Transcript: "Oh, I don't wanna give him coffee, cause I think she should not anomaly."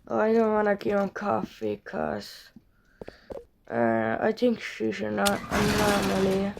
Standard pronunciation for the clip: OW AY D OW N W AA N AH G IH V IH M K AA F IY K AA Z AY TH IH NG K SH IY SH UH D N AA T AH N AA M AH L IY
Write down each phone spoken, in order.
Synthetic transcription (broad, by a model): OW AY D OW N W AA N AH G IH IH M K AA F IY K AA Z AY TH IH NG K SH IY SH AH N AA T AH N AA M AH L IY